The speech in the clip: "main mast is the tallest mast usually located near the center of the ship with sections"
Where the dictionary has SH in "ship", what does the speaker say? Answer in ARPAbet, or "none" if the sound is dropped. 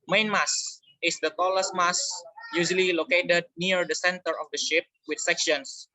SH